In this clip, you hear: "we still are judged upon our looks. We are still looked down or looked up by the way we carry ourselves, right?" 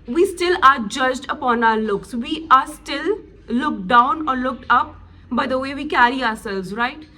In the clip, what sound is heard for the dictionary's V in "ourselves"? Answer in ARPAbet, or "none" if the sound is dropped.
none